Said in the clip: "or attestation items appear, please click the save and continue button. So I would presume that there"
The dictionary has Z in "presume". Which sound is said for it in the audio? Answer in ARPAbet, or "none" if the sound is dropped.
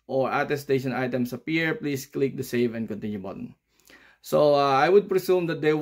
S